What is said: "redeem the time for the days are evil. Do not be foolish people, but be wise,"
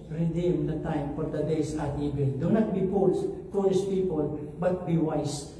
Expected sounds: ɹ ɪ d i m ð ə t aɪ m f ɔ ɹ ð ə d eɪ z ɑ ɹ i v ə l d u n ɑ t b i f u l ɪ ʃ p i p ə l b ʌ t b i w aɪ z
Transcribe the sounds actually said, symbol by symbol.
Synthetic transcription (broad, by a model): ɹ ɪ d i m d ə t aɪ m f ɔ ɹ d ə d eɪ s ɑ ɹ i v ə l d u n ɑ t b i p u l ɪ s p i p ə l b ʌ t b i w aɪ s